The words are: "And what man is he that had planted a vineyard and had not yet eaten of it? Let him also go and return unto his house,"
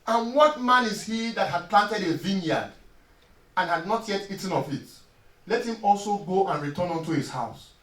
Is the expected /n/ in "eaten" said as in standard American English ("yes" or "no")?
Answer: yes